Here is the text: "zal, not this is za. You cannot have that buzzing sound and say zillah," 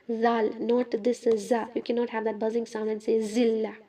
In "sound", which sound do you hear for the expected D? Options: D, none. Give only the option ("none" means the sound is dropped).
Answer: none